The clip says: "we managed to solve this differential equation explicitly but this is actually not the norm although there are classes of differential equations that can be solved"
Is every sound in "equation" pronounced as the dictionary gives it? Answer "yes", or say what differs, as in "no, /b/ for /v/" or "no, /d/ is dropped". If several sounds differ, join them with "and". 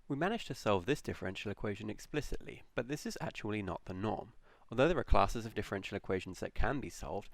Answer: yes